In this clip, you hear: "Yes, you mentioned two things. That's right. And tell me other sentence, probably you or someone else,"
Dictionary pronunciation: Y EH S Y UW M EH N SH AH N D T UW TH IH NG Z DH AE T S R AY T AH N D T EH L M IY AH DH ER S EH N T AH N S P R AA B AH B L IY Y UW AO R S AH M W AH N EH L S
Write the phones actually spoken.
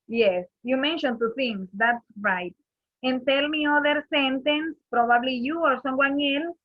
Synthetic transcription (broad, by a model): Y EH S Y UW M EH N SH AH N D T UW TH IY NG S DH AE T S R AY T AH N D T EH L M IY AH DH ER S EH N T AH N S P R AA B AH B L IY Y UW AO R S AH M W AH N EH L S